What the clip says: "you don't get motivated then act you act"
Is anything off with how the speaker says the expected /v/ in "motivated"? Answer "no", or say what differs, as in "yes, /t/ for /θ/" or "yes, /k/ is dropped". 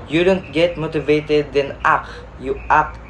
no